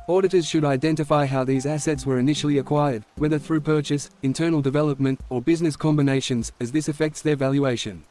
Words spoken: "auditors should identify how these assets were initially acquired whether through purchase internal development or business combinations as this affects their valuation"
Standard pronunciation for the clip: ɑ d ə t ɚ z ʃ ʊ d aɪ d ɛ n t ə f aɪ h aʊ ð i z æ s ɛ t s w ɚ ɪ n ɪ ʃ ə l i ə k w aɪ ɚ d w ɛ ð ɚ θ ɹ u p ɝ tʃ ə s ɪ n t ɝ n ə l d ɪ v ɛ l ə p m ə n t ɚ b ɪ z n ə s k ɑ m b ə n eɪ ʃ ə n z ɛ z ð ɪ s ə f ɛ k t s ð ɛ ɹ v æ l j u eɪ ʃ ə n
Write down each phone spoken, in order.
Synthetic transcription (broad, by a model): ɑ d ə t ɚ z ʃ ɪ d aɪ d ɛ n t ə f aɪ h aʊ ð i z æ s ɛ t s w ɚ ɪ n ɪ ʃ l i ə k w aɪ ɚ d w ɛ ð ɚ θ ɹ u p ɝ tʃ ə s ɪ n t ɝ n l d ɪ v ɛ l ə p m ə n t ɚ b ɪ z n ə s k ɑ m b ə n eɪ ʃ ə n z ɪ z ð ɪ s ə f ɛ k t s ð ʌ ɹ v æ l j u eɪ ʃ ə n